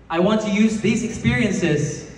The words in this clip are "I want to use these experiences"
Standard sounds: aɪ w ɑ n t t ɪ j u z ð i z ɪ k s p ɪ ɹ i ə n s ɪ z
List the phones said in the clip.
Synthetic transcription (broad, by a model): aɪ w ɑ n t t ɪ j u z ð i z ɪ k s p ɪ ɹ i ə n s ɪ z